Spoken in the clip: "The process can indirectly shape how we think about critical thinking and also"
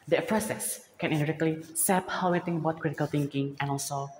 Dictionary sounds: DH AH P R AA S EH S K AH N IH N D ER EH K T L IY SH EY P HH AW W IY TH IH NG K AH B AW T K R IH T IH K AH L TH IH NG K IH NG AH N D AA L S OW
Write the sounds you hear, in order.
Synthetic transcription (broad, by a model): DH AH P R AA S EH S K AH N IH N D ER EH K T L IY S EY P HH AW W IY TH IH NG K AH B AW T K R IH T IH K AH L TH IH NG K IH NG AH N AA L S OW